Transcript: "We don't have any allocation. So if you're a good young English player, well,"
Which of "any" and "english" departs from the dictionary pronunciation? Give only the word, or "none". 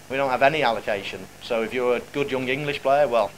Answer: none